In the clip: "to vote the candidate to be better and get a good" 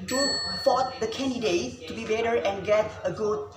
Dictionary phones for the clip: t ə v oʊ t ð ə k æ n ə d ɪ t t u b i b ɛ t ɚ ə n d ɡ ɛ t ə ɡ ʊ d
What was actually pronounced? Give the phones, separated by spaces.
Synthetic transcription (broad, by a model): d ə f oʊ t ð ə k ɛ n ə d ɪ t t u b i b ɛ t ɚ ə n ɡ ɛ t ə ɡ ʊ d